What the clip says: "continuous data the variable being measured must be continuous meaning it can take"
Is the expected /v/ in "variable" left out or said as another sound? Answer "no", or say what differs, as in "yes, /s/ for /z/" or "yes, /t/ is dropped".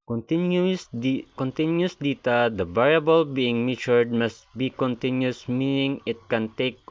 yes, /b/ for /v/